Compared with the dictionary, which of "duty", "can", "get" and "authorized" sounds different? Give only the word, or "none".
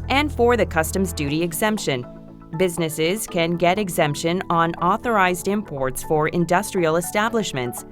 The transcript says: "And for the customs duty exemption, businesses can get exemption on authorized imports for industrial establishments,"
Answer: none